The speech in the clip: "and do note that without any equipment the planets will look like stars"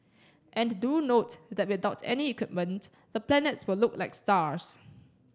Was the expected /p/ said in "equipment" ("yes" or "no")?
yes